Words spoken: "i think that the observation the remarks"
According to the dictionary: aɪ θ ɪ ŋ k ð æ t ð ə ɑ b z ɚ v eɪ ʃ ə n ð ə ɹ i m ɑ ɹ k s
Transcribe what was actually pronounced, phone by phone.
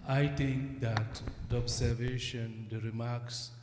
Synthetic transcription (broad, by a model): aɪ t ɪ ŋ k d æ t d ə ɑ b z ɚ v eɪ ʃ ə n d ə ɹ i m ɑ ɹ k s